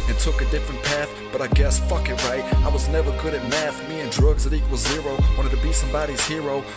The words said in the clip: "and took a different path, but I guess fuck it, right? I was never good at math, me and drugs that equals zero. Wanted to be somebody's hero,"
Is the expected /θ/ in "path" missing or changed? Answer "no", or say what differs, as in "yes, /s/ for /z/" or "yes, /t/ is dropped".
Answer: no